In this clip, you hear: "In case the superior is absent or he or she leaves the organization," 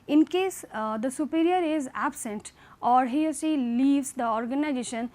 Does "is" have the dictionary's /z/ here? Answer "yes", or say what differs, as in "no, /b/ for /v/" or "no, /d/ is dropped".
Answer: yes